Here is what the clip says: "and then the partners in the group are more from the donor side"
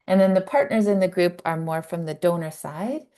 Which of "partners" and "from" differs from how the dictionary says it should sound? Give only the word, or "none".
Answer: none